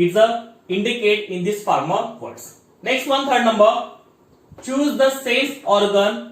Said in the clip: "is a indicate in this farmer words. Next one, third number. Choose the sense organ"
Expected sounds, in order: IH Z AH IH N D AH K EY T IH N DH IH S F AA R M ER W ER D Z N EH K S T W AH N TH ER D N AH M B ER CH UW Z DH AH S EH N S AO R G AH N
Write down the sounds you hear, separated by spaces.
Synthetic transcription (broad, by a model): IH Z AH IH N D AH K EY T IH N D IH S F AA R M ER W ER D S N EH K S T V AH N T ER D N AH M B ER CH UW Z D AH S EH S AO R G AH N